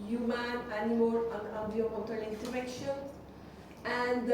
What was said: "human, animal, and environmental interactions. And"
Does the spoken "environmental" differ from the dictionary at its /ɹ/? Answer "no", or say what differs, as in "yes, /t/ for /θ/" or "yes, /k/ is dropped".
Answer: yes, /ɹ/ is dropped